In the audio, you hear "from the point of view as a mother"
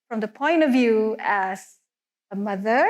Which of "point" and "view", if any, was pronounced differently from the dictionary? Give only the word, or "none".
none